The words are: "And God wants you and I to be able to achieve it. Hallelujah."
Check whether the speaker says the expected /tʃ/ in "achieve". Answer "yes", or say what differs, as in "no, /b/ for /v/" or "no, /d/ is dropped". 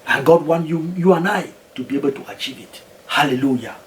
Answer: yes